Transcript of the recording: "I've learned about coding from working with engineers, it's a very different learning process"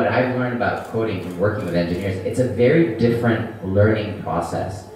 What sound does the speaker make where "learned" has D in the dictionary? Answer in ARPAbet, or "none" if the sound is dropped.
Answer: D